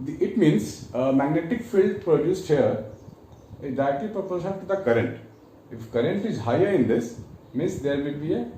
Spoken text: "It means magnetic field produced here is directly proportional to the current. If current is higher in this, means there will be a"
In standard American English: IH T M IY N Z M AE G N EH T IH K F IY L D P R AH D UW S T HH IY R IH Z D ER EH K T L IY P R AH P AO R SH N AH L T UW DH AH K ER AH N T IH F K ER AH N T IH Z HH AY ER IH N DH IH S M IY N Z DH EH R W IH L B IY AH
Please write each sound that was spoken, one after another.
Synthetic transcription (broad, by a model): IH T M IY N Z M AE G N EH T IH K F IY L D P R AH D UW S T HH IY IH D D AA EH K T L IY P R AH P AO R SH AH T UW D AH K ER AH N T IH F K ER AH N T IH Z HH AY ER IH N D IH S M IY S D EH R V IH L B IY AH